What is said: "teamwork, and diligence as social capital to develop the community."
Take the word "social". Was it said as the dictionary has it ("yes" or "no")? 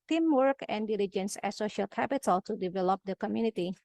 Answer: yes